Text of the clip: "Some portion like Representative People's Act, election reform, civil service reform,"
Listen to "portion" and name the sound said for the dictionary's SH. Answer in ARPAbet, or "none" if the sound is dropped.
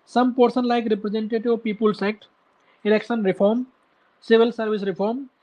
S